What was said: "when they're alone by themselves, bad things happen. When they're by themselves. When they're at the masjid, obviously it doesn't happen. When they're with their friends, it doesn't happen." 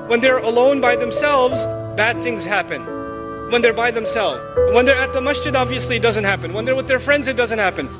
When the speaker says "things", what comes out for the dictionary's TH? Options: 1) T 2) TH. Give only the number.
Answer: 2